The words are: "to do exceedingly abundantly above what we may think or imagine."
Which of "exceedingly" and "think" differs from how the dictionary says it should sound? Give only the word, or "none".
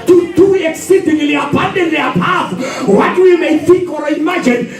none